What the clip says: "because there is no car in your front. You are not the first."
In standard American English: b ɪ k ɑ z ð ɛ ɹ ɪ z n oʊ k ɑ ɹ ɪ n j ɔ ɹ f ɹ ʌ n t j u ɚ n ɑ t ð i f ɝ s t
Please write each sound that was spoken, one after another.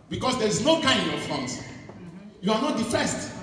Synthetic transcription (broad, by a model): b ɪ k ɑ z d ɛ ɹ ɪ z n oʊ k ɑ ɪ n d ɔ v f ɔ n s j u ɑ n ɑ t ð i f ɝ s t